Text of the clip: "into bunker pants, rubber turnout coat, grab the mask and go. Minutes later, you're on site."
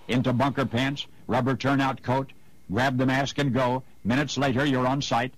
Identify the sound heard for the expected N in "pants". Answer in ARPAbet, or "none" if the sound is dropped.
N